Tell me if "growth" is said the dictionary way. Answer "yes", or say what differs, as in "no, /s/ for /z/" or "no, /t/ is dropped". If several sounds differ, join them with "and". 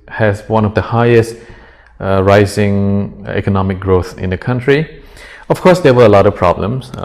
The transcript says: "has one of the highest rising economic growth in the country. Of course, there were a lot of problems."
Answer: yes